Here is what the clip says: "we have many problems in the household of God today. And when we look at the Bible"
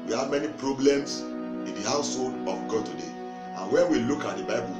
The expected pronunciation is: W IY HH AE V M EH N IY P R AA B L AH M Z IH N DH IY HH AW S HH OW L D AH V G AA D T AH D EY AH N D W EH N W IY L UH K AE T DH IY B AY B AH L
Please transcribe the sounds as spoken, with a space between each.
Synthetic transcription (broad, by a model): W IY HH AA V M EH N IY P R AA B L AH M S IH N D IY HH AW S HH OW L D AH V G AA D T AH D EY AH N W EH N W IY L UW K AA T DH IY B AY B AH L